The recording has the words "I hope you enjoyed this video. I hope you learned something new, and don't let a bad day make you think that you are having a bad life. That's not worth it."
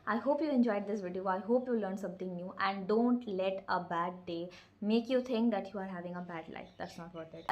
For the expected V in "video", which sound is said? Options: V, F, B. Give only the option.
V